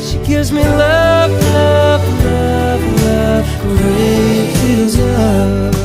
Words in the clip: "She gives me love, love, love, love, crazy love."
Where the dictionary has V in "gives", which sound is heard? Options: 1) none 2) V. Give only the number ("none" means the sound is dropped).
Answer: 1